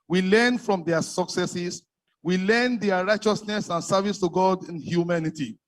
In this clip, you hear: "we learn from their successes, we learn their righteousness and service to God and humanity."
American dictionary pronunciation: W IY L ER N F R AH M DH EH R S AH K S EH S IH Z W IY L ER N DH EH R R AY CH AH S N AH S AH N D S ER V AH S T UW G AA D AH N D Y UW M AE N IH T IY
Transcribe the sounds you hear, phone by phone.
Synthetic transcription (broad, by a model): W IY L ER N F R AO M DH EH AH S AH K S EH S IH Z W IY L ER N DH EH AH R AY CH AH S N AH S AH N S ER V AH S T UW G AA D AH N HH Y UW M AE N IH T IY